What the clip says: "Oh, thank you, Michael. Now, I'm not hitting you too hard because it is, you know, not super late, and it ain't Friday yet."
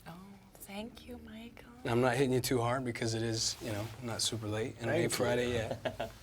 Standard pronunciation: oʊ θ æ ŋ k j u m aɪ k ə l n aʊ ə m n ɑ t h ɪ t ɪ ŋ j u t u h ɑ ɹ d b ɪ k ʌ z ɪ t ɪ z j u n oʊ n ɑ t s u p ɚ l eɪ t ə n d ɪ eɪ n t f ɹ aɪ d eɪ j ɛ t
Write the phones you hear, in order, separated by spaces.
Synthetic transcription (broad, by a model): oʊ θ æ ŋ k j u m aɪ k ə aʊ ə m n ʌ t h ɪ t ɪ ŋ j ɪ t u h ɑ ɹ d b ɪ k ʌ z ɪ t ɪ z j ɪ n oʊ n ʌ t s u p ɚ l eɪ t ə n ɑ ɪ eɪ t f ɹ aɪ d eɪ j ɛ t